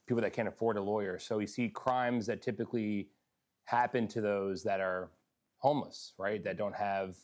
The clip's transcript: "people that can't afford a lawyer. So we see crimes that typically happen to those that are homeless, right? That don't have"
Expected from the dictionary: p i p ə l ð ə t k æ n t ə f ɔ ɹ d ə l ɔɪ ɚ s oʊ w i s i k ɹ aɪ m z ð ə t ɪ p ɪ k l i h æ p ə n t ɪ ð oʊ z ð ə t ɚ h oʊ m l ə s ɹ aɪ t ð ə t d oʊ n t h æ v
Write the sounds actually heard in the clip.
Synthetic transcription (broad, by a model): p i p l ð ə t k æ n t ə f ɔ ɹ d ə l ɔɪ ɚ s oʊ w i s i k ɹ aɪ m z ð ə t ɪ p ɪ k l i h æ p ə n t ɪ ð oʊ z ð ə t ɚ h oʊ m l ə s ɹ aɪ t ð ə t d oʊ n t h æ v